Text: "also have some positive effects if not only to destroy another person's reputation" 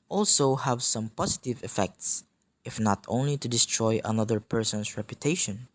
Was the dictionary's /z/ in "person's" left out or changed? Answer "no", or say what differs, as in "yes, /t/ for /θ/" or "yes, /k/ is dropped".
yes, /s/ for /z/